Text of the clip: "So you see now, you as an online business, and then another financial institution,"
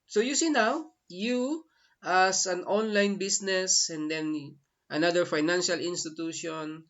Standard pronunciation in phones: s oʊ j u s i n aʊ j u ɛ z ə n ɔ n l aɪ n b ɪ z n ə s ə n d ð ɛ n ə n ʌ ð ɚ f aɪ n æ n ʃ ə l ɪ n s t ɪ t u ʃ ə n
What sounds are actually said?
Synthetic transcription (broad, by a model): s oʊ j u s i n aʊ j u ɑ s ə n ɔ n l aɪ n b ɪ s n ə s ə n d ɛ n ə n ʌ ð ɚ f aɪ n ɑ n ʃ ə l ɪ n s t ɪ t u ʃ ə n